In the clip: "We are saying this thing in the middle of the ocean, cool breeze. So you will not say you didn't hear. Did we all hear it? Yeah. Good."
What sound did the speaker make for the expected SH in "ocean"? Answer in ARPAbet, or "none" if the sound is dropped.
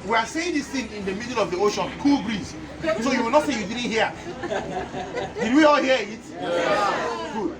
SH